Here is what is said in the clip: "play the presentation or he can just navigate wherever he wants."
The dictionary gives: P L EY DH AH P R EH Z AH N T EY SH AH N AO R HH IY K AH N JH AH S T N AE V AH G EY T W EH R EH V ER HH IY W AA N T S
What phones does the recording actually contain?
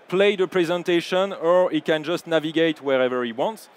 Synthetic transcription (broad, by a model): P L EY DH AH P R EH Z AH N T EY SH AH N AO R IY K AH N JH AH S T N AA V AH G EY T W EH R EH V ER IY W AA N T S